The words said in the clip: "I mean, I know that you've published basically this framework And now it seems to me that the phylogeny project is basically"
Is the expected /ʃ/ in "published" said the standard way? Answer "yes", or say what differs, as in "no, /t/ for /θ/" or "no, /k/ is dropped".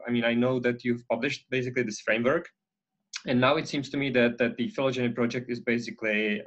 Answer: yes